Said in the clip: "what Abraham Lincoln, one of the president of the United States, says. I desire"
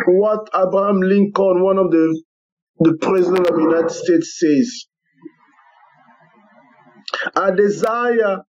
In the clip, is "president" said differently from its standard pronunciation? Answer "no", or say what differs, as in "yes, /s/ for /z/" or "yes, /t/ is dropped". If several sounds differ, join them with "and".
no